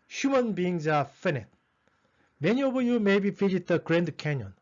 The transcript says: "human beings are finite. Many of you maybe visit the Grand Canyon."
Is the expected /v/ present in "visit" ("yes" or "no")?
no